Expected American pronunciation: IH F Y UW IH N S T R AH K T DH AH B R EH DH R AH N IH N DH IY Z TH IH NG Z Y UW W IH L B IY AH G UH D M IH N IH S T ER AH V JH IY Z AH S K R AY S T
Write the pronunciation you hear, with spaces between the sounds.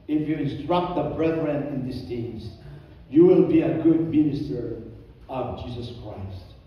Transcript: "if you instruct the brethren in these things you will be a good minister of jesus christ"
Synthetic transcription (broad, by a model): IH F Y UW IH N S T R AH K T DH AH B R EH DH R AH N IH N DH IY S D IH Z Y UW W IH L B IY AH G UH D M IH N IH S T ER AH V JH IY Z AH S K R AY S T